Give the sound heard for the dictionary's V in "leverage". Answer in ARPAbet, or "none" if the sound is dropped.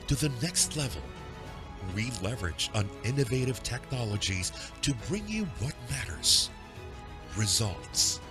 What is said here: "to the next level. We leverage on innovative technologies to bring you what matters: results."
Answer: V